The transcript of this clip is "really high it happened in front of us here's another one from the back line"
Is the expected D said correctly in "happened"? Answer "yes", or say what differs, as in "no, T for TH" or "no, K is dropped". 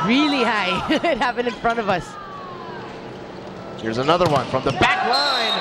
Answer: no, D is dropped